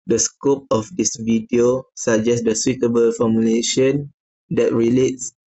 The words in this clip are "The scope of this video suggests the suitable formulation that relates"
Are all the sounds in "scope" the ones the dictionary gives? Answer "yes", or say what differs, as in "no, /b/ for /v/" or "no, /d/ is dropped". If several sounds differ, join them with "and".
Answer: yes